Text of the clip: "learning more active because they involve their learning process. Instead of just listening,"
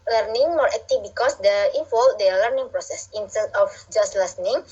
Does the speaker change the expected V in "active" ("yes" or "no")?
yes